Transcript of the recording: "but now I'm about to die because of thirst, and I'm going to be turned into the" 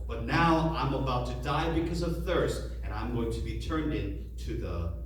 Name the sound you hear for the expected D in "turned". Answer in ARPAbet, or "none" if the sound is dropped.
D